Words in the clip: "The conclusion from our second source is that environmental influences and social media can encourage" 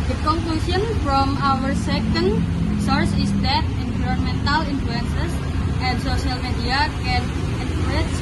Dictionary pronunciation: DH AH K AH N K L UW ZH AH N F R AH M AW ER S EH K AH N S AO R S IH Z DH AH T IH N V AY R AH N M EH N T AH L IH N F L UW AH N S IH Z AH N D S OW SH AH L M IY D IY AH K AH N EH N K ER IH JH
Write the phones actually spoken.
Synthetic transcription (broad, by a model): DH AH K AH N K L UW S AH N F R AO M AW ER S EH K AH N S AO R S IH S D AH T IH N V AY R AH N M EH N T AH L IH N F L UW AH N S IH S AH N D S OW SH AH L M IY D IY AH K AH N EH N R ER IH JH